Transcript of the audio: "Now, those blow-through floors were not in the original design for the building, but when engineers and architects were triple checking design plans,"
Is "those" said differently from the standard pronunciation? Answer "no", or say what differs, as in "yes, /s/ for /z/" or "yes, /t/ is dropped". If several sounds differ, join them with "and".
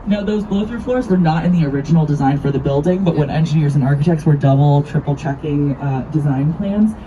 no